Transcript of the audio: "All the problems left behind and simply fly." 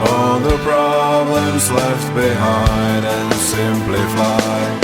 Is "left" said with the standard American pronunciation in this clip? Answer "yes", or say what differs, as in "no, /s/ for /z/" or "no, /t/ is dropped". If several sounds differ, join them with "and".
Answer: yes